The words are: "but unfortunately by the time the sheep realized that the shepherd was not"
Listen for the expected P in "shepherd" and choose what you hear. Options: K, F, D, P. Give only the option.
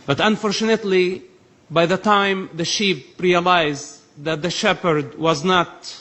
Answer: P